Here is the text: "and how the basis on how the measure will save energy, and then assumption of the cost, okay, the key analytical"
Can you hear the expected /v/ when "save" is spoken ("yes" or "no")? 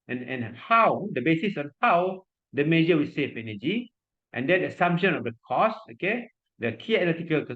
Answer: no